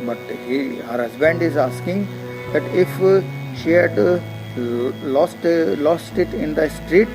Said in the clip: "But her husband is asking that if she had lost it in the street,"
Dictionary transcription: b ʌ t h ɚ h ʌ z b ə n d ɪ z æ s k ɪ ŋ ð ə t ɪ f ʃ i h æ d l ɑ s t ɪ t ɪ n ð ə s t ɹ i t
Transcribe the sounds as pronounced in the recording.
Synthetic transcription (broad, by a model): b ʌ t h ɚ h ʌ z b ə n d ɪ z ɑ s k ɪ ŋ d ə t ɪ f ʃ i h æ d l ɑ s t ɪ t ɪ n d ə s t ɹ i t